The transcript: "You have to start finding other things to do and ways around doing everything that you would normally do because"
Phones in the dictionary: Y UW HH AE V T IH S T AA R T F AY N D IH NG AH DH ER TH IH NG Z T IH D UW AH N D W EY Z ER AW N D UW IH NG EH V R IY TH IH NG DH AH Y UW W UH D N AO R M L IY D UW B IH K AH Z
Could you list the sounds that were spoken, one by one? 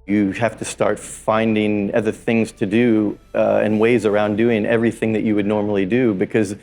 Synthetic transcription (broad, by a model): Y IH HH AE F T IH S T AA R T F AY N D IH NG AH DH ER TH IH NG Z T IH D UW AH N W EY Z ER AW N D UW IH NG EH V R IY TH IH NG DH AH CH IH W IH D N AO R M L IY D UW B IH K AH Z